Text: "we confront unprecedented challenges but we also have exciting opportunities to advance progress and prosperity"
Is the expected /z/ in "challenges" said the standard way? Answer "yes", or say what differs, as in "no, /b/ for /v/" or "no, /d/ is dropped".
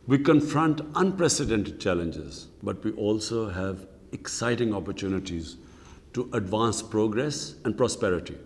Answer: yes